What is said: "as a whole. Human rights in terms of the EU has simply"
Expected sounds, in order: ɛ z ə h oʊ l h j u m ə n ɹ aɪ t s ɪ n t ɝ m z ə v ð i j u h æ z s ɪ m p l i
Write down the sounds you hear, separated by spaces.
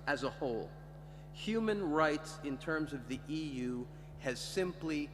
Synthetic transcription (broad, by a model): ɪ z ə h oʊ l h j u m ə n ɹ aɪ t s ɪ n t ɝ m z ə v ð i j u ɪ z s ɪ m p l i